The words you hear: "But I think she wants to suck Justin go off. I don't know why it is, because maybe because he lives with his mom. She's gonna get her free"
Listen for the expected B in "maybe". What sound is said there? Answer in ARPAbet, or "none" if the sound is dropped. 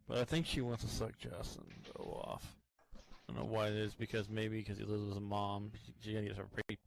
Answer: none